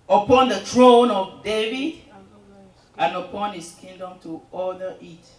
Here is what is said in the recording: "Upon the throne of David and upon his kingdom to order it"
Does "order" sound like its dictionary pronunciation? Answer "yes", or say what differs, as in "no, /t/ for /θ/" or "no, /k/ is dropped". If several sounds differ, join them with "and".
no, /l/ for /ɹ/